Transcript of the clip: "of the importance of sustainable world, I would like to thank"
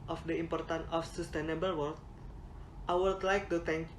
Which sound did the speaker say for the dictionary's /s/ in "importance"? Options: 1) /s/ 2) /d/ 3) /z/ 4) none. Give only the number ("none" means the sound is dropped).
4